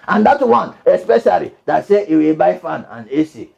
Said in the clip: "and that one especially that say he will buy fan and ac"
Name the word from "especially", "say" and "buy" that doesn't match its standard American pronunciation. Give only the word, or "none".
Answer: none